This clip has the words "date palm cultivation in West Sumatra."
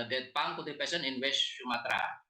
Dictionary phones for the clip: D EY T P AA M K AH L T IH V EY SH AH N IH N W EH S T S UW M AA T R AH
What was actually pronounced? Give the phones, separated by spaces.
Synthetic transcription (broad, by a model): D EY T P AA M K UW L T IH P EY S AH N IH N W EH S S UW M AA T R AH